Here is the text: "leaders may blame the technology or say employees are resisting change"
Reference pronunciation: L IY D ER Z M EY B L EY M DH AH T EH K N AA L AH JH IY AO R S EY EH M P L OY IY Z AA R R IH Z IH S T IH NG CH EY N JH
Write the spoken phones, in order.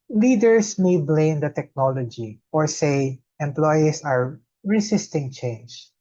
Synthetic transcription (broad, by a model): L IY D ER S M EY B L EY M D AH T EH K N AA L AH JH IY AO R S EY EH M P L OY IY S AA R R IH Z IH S T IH NG CH EY N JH